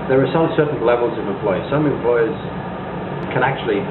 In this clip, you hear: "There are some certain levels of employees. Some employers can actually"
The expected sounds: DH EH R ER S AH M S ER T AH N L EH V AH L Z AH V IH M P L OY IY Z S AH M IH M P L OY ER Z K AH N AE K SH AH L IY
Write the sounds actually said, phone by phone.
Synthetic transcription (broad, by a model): DH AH R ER S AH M S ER T N L EH V AH L Z AH V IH M P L OY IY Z S AH M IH M P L OY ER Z K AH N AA K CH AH L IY